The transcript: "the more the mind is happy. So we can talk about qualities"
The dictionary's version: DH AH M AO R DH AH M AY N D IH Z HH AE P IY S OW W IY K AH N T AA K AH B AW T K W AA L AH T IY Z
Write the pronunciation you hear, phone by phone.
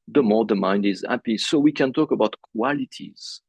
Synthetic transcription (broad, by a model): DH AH M AO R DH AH M AY N D IH Z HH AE P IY S OW W IY K AH N T AA K AH B AW T K W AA L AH T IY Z